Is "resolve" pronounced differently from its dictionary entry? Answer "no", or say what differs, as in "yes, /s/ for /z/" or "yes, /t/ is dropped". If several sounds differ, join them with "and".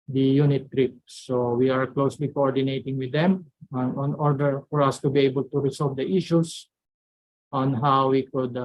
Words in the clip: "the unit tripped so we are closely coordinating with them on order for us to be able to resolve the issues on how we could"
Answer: yes, /s/ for /z/